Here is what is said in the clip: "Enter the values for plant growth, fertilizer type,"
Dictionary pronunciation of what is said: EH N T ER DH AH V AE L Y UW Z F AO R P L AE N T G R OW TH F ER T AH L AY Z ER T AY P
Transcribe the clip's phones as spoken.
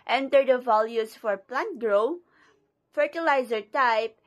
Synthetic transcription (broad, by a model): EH N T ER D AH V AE L Y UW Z F AO R P L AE N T G R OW F ER T AH L AY Z ER T AY P